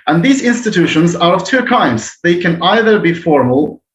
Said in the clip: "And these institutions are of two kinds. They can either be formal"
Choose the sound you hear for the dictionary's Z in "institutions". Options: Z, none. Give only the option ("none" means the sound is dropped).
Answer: Z